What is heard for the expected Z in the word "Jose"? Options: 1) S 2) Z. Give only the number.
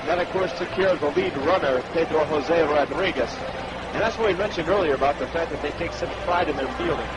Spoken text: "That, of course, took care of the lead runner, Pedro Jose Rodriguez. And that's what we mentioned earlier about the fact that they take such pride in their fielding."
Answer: 2